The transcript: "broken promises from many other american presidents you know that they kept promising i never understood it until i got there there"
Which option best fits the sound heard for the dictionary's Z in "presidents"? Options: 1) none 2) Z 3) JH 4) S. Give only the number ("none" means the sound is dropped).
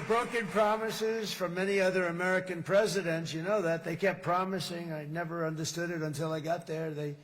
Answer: 2